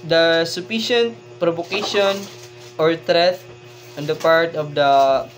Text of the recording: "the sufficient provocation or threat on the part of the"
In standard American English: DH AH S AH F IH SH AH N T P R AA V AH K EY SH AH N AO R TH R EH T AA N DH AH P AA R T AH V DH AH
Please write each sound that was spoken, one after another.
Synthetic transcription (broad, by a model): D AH S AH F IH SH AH N T P R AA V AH K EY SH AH N AO R T R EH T AA N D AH P AA R T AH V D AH